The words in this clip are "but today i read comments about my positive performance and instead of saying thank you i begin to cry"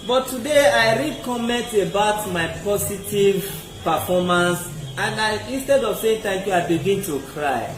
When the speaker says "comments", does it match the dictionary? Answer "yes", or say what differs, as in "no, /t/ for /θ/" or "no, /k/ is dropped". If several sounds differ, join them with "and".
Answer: no, /s/ is dropped